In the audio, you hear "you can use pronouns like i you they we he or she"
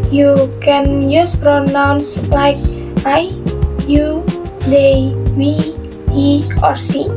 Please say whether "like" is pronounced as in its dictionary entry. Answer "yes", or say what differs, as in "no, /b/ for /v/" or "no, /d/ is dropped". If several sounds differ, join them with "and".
yes